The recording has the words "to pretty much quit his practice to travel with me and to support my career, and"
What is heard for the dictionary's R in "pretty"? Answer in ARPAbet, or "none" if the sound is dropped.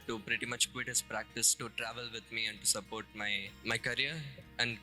R